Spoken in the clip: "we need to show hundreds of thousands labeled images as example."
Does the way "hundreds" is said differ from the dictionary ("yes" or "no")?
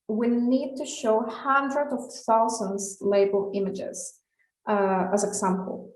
yes